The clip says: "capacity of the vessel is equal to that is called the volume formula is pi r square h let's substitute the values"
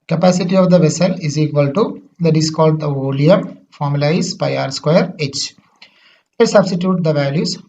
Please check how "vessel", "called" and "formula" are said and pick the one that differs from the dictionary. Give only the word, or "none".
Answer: none